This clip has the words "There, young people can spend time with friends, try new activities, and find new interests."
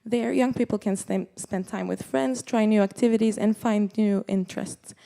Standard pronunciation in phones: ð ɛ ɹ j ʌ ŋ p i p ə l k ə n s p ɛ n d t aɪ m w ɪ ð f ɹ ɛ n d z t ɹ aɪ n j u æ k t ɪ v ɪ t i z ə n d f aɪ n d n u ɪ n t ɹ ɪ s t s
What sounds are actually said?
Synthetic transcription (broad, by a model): ð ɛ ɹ j ʌ ŋ p i p l k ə n s p ɛ n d t aɪ m w ɪ ð f ɹ ɛ n d z t ɹ aɪ n j u æ k t ɪ v ɪ t i z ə n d f aɪ n d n u ɪ n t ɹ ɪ s t s